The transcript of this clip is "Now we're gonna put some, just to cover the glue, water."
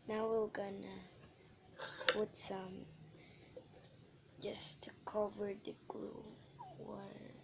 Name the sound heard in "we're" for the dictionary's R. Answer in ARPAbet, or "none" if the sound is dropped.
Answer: L